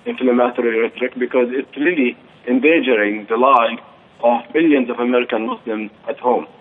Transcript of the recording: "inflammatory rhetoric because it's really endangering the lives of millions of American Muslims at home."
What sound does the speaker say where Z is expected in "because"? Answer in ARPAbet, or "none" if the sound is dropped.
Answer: Z